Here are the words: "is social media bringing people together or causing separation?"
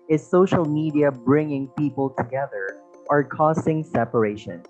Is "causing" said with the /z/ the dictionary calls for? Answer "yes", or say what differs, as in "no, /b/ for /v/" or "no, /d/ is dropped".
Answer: no, /s/ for /z/